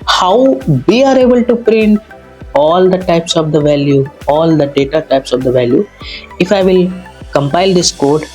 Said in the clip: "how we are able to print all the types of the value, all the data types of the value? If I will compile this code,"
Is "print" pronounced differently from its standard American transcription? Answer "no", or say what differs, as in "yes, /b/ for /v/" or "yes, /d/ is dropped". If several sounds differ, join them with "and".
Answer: no